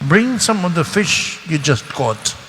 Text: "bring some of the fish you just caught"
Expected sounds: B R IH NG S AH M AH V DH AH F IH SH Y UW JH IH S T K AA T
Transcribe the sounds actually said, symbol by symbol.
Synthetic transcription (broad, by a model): B R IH NG S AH M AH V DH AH F IH SH Y UW JH IH S T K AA T